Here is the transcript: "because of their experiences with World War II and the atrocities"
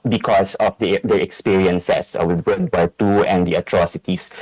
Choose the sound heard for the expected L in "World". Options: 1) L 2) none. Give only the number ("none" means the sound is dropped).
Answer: 2